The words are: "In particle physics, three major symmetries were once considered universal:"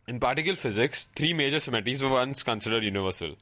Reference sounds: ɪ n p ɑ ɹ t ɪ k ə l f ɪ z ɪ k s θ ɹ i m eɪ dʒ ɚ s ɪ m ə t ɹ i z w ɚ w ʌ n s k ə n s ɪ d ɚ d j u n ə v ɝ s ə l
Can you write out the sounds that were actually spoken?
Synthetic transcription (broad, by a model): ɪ n p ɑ ɹ t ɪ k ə l f ɪ z ɪ k s t ɹ i m eɪ dʒ ɚ s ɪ m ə t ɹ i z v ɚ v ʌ n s k ə n s ɪ d ɚ d j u n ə v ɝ s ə l